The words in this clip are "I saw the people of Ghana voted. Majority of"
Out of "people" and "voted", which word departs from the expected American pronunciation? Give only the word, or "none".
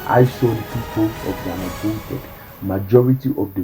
voted